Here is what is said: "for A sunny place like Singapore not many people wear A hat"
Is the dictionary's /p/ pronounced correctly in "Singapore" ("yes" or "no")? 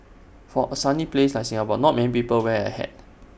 no